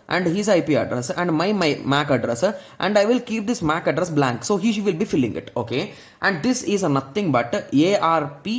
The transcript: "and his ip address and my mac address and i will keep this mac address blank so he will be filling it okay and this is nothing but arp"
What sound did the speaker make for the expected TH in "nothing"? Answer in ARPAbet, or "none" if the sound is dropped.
T